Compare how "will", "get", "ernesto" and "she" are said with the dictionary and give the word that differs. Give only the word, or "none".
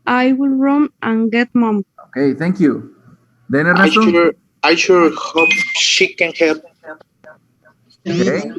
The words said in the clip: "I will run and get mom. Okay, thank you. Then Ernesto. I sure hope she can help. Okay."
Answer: ernesto